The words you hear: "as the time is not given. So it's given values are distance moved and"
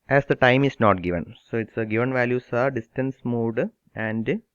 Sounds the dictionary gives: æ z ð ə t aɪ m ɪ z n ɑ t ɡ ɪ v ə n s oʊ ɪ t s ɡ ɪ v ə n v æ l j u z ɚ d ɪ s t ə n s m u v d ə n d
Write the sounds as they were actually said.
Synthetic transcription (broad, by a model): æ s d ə t aɪ m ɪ s n ɑ t ɡ ɪ v ə n s oʊ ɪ t s ɡ ɪ v ə n v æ l j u s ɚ d ɪ s t ə n s m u d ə n d